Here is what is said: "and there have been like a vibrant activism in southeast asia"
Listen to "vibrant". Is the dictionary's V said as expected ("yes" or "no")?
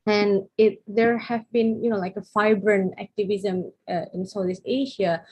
no